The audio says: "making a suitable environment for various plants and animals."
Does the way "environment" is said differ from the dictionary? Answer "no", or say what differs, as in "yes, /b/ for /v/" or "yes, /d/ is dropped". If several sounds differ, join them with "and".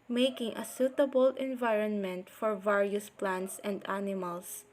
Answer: no